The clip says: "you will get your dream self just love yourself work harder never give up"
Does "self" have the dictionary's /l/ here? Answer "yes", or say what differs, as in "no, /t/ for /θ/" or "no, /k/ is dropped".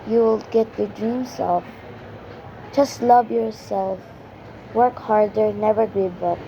no, /l/ is dropped